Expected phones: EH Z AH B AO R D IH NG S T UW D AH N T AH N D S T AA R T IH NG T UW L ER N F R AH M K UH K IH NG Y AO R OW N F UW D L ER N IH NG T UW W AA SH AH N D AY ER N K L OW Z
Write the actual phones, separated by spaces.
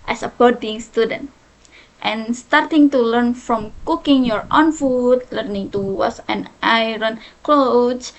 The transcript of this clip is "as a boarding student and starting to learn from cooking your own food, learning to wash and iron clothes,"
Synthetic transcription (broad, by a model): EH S AH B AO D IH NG S T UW D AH N T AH N S T AA R T IH NG T UW L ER N F R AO M K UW K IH NG Y AO R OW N F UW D L ER N IH NG T UW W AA S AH N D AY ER N K L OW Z